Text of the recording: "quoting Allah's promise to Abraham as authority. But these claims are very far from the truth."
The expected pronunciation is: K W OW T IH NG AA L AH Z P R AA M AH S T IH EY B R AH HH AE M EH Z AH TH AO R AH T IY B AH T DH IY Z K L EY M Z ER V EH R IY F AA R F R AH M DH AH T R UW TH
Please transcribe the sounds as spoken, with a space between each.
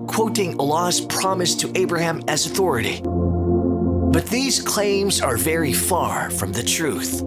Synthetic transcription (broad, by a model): K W OW T IH NG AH L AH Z P R AA M AH S T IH EY B R AH HH AE M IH Z AH TH AO R AH T IY B AH T DH IY Z K L EY M Z ER V EH R IY F AA R F R AH M DH AH T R UW TH